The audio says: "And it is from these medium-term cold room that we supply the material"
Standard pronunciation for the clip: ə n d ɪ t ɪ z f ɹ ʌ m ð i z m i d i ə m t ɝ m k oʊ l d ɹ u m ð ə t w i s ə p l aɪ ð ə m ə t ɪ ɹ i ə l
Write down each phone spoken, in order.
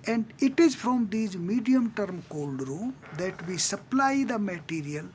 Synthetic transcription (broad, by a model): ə n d ɪ t ɪ z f ɹ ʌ m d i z m i d i ə m t ɝ m k oʊ l d ɹ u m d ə t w i s ə p l aɪ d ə m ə t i ɹ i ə l